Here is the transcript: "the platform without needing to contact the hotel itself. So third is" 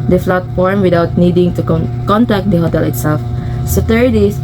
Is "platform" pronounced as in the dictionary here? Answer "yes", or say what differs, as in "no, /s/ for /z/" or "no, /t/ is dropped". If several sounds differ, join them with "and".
no, /f/ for /p/